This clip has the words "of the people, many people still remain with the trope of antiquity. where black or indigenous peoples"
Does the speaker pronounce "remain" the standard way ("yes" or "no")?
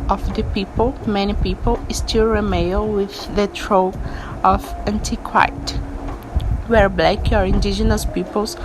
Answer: no